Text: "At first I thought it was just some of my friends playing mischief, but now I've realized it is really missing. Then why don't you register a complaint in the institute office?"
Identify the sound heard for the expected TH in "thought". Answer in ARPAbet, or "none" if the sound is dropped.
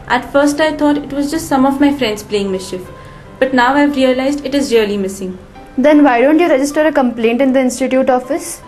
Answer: T